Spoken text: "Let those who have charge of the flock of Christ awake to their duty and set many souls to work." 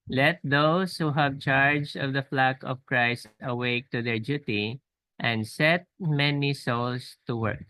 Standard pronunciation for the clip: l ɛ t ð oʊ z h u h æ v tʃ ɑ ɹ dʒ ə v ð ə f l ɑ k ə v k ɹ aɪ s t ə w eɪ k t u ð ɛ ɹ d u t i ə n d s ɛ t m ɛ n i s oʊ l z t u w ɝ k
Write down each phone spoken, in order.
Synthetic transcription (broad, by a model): l ɛ t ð oʊ s h u h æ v tʃ ɑ ɹ dʒ ə v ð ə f l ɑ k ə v k ɹ aɪ s t ə w eɪ k t u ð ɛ ɹ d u t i ə n d s ɛ t m ɛ n i s oʊ l s t u w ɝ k